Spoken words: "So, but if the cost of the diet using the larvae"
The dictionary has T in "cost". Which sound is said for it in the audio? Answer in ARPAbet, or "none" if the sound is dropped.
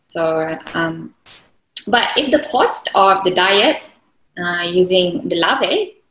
T